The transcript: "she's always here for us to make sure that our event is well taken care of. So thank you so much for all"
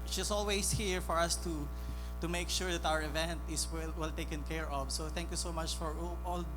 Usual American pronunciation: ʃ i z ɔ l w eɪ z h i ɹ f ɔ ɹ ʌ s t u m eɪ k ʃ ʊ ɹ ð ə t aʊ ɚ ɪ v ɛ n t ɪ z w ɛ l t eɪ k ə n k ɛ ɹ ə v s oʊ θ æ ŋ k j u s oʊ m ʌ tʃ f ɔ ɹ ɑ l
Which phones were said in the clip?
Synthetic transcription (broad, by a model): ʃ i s ɔ l w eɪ s h i ɹ f ɔ ɹ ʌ s t u m eɪ k ʃ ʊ ɹ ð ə t aʊ ɚ ɪ v ɛ n t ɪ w w ɛ l t eɪ k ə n k ɛ ɹ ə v s oʊ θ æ ŋ k j u s oʊ m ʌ tʃ f ɔ ɹ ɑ l